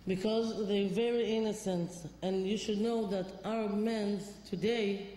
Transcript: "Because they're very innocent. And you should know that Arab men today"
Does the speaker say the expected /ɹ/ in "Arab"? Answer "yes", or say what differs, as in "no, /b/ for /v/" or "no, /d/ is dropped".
no, /ɹ/ is dropped